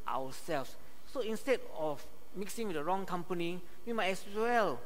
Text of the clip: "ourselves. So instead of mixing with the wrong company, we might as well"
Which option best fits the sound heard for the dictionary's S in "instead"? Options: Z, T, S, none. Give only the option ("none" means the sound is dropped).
S